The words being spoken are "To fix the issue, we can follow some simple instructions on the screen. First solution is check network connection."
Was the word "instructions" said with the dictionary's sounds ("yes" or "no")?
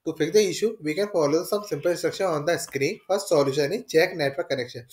no